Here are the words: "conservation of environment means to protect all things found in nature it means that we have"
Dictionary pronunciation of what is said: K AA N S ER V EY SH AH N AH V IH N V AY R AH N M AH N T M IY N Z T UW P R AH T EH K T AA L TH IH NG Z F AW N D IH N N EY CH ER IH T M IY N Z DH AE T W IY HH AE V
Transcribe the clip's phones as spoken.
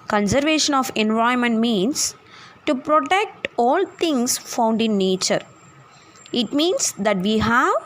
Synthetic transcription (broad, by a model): K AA N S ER V EY SH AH N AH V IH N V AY AH M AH N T M IY N S T UW P R AH T EH K T AA L T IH NG S F AW N D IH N N EY CH ER IH T M IY N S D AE T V IY HH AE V